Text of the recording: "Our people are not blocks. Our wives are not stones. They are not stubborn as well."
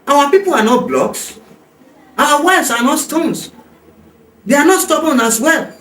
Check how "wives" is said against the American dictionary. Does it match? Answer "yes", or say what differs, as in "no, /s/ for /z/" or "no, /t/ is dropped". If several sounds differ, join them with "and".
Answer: no, /s/ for /z/